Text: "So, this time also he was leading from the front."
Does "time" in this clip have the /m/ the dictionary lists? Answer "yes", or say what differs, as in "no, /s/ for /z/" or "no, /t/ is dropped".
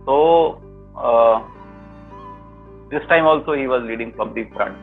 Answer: yes